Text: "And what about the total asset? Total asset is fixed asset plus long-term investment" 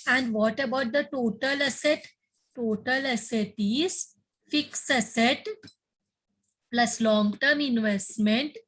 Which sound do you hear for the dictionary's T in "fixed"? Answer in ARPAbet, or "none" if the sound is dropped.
none